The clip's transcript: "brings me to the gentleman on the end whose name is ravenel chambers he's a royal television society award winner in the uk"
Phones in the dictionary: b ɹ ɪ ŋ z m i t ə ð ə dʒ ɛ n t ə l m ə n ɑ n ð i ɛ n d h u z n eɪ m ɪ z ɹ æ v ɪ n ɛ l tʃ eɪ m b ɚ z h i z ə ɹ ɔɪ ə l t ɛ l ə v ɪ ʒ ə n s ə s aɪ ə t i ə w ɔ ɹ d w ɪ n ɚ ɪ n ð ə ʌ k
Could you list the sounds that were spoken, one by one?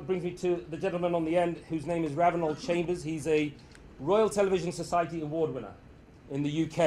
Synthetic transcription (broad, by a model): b ɹ ɪ ŋ z m i t ə ð ə dʒ ɛ n t l m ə n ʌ n ð i ɛ n d h u z n eɪ m ɪ z ɹ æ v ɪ n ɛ l tʃ eɪ m b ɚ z h i z ə ɹ ɔɪ ə l t ɛ l ə v ɪ ʒ ə n s ə s aɪ ə t i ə w ɔ d w ɪ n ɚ ɪ n ð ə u k